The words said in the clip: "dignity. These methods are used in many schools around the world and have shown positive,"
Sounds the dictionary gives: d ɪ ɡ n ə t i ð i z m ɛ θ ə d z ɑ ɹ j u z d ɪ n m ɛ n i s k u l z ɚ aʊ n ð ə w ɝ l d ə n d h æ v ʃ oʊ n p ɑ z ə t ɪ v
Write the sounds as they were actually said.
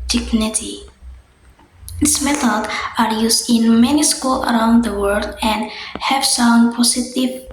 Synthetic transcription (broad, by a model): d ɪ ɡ n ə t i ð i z m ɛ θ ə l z ɑ ɹ j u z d ɪ n m ɛ n i s k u l ɚ aʊ n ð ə w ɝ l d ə n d h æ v s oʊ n p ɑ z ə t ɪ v